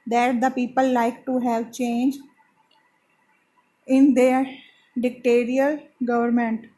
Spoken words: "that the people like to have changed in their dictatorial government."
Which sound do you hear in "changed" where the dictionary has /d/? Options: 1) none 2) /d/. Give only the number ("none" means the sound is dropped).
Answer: 1